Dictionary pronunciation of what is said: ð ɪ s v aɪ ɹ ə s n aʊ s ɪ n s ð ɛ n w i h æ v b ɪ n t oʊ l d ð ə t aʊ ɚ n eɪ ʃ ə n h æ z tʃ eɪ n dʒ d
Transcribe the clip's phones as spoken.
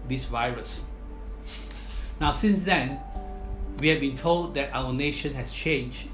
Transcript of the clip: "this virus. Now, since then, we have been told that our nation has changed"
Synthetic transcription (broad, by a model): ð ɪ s v aɪ ɹ ə s n aʊ s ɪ n s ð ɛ n w i h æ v b ɪ n t oʊ l d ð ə t aʊ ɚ n eɪ ʃ ə n h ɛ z tʃ eɪ n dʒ